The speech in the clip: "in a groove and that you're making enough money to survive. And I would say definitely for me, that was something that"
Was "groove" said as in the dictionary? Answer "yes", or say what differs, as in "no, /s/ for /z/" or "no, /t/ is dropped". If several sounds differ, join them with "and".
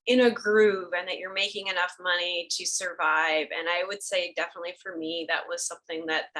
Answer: yes